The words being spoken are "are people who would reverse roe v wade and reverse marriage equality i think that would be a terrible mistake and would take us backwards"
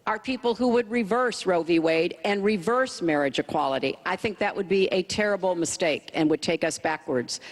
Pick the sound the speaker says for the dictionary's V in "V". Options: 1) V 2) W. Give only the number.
1